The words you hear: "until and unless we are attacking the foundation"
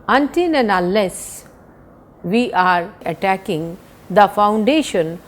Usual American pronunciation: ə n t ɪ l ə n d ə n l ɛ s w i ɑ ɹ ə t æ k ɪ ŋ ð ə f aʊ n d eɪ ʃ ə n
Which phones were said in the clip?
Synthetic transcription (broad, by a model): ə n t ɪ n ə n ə l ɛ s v i ɑ ɹ ə t æ k ɪ ŋ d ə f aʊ n d eɪ ʃ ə n